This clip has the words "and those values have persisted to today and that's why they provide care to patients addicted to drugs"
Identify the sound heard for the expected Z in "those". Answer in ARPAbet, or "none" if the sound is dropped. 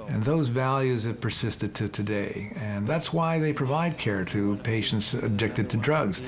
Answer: Z